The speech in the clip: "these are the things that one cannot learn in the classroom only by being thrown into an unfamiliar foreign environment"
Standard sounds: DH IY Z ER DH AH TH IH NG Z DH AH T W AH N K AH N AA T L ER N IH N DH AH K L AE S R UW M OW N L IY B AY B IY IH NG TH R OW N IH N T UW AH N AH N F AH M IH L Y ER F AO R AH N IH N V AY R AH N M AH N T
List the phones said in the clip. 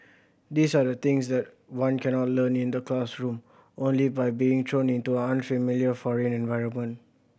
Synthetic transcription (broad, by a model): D IY S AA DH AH T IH NG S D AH T W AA N K AH N AA T L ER N IH N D AH K L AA S R UW M OW N L IY B AY B IY IH NG T R OW N IH N T UW AH N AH N F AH M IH L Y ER F AO R AH N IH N V AY R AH N M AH N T